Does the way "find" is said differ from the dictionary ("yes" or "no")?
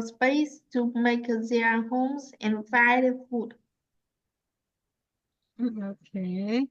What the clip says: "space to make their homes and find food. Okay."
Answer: yes